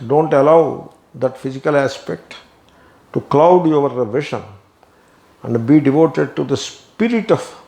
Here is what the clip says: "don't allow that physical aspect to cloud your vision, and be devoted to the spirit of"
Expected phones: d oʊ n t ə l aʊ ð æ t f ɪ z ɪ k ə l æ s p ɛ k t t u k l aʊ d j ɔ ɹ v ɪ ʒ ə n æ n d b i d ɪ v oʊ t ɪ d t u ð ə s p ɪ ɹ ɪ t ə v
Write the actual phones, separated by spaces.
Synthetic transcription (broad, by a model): d oʊ n t ə l aʊ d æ t f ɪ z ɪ k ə l æ s p ɛ k t t u k l aʊ d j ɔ ɹ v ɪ ʃ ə n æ n d b i d ɪ v oʊ t ɪ d t u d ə s p ɪ ɹ ɪ t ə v